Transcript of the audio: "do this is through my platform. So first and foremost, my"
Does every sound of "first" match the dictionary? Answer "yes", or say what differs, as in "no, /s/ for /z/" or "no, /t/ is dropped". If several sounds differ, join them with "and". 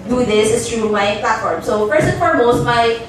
no, /t/ is dropped